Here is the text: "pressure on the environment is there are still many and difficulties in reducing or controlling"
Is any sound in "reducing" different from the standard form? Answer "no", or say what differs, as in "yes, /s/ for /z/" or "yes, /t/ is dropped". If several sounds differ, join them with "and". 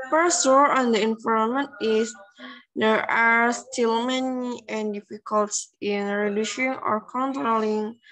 yes, /ʃ/ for /s/